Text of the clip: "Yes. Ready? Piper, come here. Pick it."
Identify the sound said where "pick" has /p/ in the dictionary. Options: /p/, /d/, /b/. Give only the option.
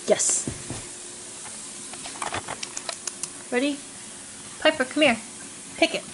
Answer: /p/